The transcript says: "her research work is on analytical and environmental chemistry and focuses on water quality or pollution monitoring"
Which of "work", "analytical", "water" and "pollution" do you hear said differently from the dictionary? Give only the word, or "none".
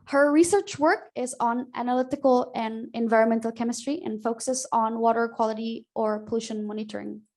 none